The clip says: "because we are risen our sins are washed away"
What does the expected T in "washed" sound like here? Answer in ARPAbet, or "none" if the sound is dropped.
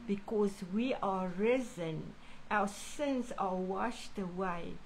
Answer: T